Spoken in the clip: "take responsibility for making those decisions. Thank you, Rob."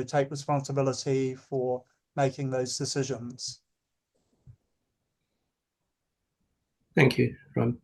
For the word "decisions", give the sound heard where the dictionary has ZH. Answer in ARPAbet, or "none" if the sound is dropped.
ZH